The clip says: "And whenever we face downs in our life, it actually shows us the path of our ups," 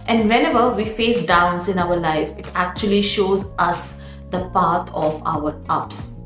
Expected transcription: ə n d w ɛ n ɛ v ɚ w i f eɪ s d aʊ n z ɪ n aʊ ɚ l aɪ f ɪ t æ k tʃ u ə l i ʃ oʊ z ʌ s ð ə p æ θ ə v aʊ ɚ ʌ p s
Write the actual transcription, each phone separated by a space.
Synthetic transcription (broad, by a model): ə n d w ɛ n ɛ v ɚ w i f eɪ s d aʊ n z ɪ n aʊ ɚ l aɪ f ɪ t æ k tʃ u ə l i ʃ oʊ z ʌ s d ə p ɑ t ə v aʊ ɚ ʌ p s